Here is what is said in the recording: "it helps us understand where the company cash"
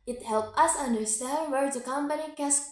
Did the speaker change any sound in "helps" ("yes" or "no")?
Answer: yes